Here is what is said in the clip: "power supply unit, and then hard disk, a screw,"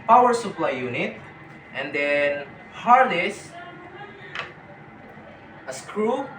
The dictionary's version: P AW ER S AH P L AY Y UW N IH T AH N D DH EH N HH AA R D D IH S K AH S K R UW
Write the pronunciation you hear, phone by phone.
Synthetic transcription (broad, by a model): P AW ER S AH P L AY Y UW N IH T AH N D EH N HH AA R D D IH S AH S K R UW